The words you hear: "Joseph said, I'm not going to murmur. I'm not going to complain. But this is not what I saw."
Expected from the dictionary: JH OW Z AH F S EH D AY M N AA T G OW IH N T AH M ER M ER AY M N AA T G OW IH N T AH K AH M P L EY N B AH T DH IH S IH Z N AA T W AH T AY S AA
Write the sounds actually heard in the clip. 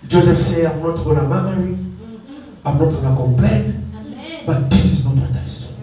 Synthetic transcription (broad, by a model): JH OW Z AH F S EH AY M N AA T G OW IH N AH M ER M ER AY M N AA T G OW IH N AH K AH M P L EY N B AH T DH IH S IH Z N AA T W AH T AY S